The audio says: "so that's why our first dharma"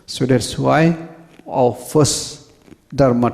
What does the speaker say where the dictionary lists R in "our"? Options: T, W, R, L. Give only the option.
W